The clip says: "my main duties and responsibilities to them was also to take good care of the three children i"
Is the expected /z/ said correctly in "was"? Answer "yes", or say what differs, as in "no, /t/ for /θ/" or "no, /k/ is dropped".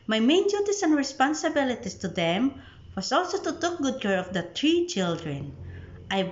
no, /s/ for /z/